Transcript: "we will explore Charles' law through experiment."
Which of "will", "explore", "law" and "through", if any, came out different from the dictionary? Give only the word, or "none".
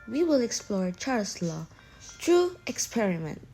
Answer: through